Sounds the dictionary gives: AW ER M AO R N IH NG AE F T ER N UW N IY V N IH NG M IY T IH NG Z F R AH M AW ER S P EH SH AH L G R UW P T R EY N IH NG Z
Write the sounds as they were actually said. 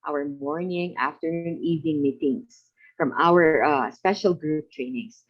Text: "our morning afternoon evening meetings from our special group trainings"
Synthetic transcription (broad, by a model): AW ER M AO R N IH NG AE F T ER N UW N IY V N IH NG M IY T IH NG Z F R AH M AW ER S P EH SH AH L G R UW P T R EY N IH NG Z